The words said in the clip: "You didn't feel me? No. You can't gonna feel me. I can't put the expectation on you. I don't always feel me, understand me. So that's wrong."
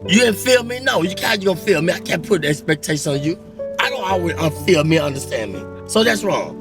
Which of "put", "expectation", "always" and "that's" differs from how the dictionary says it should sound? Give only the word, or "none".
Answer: always